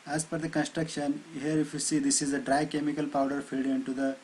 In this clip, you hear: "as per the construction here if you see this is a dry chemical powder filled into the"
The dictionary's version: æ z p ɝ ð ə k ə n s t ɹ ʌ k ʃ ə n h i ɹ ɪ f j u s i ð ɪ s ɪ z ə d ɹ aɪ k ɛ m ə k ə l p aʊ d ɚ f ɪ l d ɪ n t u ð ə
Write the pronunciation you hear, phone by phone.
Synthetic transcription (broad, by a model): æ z f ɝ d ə k ə n s t ɹ ʌ k ʃ ə n h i ɹ ɪ f j u s i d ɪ s ɪ z ə d ɹ aɪ k ɛ m ə k ə l p aʊ d ɚ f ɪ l d ɪ n t u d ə